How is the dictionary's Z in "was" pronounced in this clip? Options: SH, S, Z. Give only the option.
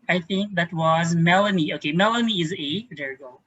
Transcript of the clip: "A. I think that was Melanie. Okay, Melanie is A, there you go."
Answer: Z